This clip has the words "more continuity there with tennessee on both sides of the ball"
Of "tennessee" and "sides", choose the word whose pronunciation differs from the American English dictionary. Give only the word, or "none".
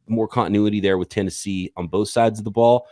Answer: none